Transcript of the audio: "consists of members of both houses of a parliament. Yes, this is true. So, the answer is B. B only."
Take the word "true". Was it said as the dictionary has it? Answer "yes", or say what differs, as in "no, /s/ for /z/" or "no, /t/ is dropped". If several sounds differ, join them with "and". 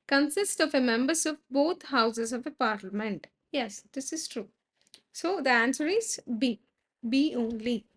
yes